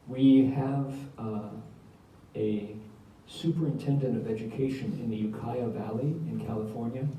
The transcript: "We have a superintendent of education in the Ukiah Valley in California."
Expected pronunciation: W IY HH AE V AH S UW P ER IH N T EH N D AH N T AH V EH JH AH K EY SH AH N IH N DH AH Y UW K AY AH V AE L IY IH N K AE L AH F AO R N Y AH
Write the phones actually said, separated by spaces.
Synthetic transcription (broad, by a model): W IY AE V AH S UW P ER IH N T EH N D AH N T AH V EH JH AH K EY SH AH N IH N DH AH Y UW K AY AH V AE L IY IH N K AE L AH F AO R N Y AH